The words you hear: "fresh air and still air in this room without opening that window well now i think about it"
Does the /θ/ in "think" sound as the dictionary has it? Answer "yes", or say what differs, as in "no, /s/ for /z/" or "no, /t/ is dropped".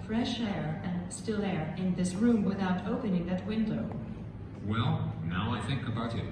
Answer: yes